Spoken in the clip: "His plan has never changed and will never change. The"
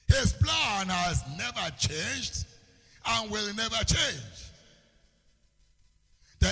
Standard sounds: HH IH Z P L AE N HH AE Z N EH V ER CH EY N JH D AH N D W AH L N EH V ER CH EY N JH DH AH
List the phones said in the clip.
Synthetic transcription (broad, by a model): HH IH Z P L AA N HH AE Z N EH V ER CH EY N JH D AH N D W AH L N EH V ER CH EY N JH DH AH